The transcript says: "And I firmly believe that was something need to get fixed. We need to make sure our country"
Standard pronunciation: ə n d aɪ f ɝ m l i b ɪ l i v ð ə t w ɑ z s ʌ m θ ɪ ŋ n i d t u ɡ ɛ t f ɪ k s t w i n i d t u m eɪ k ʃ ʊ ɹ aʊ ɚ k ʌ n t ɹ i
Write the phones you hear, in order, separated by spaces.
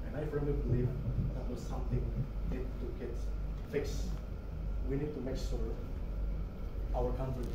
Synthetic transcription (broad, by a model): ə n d aɪ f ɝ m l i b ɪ l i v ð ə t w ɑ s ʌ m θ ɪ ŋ n i d t u ɡ ɛ t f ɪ k s w i n i d t u m eɪ k s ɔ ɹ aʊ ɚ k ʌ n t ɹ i